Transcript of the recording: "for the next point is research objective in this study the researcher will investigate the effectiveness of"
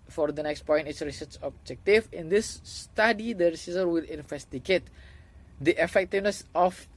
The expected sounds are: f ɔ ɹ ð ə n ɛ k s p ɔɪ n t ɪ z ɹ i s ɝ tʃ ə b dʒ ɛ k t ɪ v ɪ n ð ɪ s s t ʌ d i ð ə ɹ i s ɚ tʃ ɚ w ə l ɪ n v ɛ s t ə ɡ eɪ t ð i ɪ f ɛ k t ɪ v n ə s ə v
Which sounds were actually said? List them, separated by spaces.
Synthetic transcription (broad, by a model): f ɔ ɹ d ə n ɛ k s p ɔɪ n t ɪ s ɹ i s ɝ s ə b dʒ ɛ k t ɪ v ɪ n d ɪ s s t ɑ d i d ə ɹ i s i s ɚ w ə l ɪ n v ɛ s t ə ɡ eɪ t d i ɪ f ɛ k t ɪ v n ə s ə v